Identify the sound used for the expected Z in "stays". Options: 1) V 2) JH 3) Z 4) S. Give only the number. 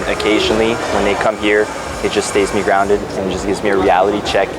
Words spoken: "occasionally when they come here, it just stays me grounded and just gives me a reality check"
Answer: 3